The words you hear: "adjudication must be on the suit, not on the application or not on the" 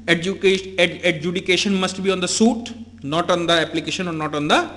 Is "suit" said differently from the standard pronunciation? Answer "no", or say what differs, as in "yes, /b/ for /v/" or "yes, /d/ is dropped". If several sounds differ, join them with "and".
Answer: no